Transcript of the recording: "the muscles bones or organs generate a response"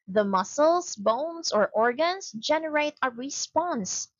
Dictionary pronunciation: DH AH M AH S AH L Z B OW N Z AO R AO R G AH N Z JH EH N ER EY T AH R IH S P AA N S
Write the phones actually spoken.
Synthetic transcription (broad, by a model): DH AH M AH S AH L S B OW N S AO R AO R G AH N S JH EH N ER EY T AH R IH S P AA N S